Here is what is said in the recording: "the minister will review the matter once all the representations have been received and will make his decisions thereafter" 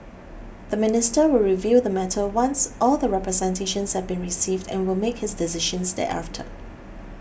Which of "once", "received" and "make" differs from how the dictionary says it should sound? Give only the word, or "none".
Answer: none